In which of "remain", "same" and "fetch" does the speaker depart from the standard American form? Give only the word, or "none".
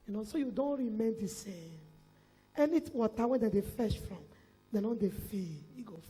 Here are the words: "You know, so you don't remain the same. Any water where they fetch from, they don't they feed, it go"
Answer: fetch